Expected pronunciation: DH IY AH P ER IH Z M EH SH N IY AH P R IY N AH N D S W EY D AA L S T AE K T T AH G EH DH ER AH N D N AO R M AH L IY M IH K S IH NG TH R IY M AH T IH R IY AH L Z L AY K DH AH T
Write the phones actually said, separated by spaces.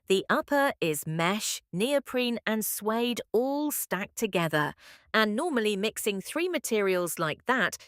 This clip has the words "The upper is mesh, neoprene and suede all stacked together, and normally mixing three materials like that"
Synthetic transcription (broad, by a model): DH IY AH P ER IH Z M EH SH N IY AH P R IY N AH N S W EY D AA L S T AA K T T AH G EH DH ER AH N N AO M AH L IY M IH K S IH NG TH R IY M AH T IH R IY AH L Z L AY K DH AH T